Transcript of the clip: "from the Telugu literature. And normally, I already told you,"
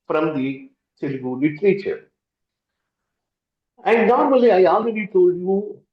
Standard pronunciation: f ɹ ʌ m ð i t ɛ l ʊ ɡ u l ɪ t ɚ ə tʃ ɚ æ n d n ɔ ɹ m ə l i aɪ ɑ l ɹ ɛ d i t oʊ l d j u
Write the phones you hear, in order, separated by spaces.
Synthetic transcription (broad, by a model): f ɹ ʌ m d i s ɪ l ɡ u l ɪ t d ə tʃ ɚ æ n d n ɔ ɹ m ə l i aɪ ɑ l ɹ ɛ d i t oʊ l d j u